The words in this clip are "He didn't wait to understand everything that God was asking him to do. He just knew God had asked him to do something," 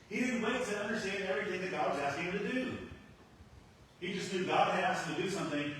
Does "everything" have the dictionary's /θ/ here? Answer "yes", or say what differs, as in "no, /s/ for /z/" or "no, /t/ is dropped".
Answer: yes